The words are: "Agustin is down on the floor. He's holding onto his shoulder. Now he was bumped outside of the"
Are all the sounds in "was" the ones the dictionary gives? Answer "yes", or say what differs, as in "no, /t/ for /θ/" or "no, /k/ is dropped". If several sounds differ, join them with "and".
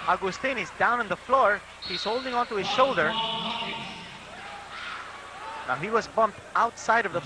yes